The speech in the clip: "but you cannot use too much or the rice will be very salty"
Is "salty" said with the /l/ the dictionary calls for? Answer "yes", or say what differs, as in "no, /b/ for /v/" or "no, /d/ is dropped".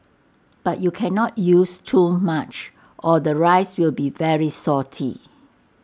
no, /l/ is dropped